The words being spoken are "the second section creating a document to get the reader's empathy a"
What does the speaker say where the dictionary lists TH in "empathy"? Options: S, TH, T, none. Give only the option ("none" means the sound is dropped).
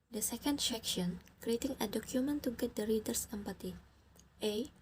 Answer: T